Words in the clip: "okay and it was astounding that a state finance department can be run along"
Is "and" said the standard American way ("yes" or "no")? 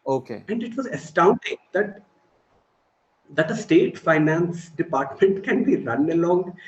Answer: yes